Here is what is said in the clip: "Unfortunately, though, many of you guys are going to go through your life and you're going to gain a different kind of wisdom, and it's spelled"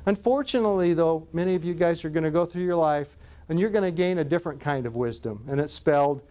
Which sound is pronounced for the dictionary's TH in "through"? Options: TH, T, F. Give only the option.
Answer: TH